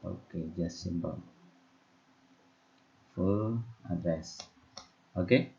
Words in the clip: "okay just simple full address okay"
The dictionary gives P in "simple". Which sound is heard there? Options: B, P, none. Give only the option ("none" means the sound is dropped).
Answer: B